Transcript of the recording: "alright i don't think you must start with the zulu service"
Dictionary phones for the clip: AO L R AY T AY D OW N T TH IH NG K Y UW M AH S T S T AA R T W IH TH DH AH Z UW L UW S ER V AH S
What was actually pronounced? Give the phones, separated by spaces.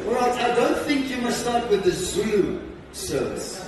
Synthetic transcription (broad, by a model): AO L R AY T AY D OW N T TH IH NG K Y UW M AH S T S T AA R T W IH DH AH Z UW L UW S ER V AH S